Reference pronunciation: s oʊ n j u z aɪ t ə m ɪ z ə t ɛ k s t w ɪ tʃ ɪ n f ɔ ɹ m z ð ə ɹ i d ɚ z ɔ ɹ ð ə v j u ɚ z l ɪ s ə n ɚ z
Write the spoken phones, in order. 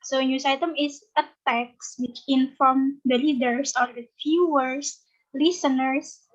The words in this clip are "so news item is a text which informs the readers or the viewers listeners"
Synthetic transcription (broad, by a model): s oʊ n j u s aɪ t ə m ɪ s ə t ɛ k s w ɪ tʃ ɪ n f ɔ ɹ m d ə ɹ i d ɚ s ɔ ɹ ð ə f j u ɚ s l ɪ s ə n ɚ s